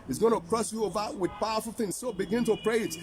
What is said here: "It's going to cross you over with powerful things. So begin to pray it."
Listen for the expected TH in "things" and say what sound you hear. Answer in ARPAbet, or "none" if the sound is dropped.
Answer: TH